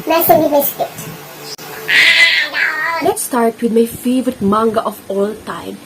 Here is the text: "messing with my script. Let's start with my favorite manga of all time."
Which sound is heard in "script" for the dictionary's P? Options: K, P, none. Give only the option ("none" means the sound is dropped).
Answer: none